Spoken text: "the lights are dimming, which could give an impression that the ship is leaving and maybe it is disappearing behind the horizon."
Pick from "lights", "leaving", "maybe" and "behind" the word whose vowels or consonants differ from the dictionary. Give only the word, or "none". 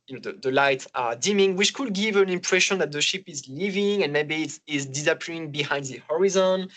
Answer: lights